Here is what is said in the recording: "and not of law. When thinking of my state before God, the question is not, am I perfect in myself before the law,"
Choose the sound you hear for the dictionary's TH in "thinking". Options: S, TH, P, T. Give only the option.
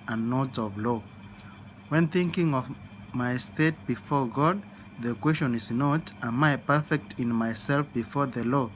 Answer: TH